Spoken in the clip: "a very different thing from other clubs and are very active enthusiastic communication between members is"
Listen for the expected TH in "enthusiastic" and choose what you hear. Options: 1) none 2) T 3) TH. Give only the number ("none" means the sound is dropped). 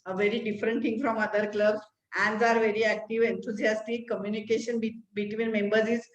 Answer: 2